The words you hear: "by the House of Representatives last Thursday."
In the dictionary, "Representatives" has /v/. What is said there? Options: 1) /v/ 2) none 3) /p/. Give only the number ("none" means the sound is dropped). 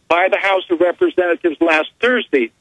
1